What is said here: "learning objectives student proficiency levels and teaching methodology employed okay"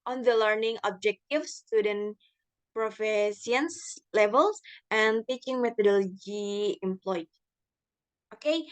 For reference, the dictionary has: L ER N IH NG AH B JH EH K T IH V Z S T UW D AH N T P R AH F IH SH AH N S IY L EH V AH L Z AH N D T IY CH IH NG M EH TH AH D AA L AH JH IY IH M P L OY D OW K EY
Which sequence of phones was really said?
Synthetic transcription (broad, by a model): L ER N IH NG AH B JH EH K T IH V S T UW D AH N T P R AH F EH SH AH N S L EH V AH L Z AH N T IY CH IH NG M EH T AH D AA L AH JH IY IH M P L OY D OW K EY